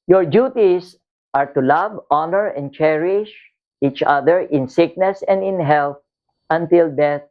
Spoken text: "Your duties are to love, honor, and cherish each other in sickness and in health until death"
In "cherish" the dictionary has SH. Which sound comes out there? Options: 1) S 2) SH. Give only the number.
2